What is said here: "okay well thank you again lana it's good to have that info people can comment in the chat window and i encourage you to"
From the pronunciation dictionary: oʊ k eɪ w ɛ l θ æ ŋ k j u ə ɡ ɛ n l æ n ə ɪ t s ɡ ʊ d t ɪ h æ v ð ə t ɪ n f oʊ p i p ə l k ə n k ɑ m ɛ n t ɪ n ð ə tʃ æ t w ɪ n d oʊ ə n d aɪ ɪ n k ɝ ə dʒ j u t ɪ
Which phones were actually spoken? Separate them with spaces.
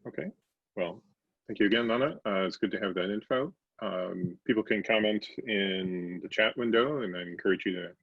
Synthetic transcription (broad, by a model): oʊ k eɪ w ɛ l θ æ ŋ k j u ə ɡ ɛ n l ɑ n ə ɪ t s ɡ ʊ d t ɪ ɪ v ð ə t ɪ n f oʊ p i p l k ə n k ɑ m ɛ n t ɪ n ð ə tʃ æ t w ɪ n d oʊ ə n aɪ ɪ n k ɝ ə dʒ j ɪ t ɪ